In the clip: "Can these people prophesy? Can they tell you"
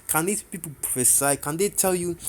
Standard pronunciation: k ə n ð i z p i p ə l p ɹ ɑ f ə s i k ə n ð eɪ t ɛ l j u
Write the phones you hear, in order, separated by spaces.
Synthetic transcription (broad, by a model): k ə n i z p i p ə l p ɑ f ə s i k ə n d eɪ t ɛ l j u